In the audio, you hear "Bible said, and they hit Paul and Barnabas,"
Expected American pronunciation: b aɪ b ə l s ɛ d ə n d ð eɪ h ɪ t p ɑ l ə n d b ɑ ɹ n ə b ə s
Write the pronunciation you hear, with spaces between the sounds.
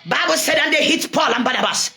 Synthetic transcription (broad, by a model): b aɪ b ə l s ɛ d ə n d eɪ h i t p ɑ l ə n b ɑ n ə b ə s